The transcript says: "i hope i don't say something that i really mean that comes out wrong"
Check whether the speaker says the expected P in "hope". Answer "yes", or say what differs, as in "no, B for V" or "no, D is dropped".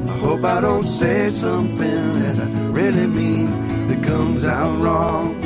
yes